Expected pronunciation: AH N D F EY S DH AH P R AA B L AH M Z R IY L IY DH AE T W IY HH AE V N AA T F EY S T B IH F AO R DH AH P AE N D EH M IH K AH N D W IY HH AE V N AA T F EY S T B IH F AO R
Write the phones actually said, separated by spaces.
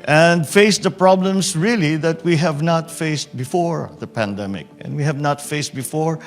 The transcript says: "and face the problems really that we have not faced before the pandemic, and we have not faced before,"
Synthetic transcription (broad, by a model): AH N D F EY S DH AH P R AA B L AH M S R IY L IY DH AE T W IY HH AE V N AA T F EY S T B IH F AO R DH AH P AE N D EH M IH K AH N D W IY HH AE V N AA T F EY S T B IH F AO R